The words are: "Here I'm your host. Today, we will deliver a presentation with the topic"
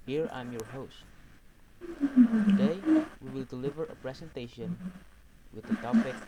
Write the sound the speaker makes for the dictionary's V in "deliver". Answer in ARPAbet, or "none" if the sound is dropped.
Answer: V